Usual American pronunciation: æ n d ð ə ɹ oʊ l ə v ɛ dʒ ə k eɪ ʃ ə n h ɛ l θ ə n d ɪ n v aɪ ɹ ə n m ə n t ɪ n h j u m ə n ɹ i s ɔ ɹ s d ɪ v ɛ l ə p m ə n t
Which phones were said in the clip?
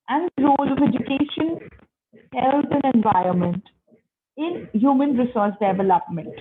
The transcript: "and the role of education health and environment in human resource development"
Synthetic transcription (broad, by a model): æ n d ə ɹ oʊ l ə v ɛ dʒ ə k eɪ ʃ ə n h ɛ l t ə n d ɪ n v aɪ ɹ ə n m ə n t ɪ n h j u m ə n ɹ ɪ s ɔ ɹ s d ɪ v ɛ l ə p m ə n t